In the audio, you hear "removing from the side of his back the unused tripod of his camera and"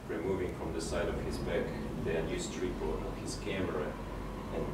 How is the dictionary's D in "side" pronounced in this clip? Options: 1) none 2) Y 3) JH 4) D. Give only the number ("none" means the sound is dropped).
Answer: 4